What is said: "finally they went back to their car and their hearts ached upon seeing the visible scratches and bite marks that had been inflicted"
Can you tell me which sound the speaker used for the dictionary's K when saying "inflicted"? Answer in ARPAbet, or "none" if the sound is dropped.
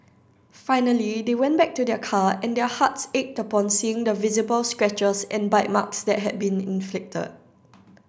K